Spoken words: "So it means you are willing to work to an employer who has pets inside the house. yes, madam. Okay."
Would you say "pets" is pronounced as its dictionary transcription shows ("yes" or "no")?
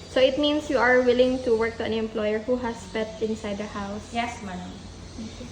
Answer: no